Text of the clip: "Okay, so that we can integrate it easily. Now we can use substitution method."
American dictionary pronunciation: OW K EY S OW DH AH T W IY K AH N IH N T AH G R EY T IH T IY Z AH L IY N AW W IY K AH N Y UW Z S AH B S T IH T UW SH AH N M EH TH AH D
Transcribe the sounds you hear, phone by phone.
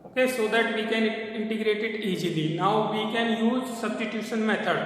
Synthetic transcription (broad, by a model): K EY S OW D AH T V IY K AH N IH N T AH G R EY T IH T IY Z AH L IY N AW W IY K AH N Y UW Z S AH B S T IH T UW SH AH N M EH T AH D